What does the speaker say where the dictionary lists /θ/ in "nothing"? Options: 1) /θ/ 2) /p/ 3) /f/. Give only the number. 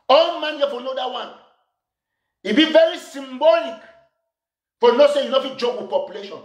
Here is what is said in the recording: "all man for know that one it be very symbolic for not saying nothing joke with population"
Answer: 3